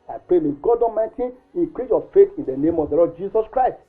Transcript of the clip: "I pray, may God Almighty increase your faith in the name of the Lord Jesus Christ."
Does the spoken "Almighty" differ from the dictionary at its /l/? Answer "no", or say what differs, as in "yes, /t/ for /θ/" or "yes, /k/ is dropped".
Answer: yes, /l/ is dropped